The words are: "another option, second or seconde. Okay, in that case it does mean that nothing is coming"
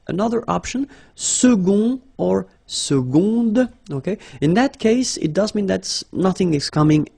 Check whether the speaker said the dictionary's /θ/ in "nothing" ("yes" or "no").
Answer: yes